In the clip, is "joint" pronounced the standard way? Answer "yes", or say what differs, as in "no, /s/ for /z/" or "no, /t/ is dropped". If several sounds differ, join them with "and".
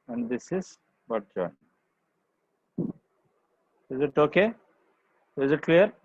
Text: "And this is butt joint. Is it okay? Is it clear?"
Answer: no, /t/ is dropped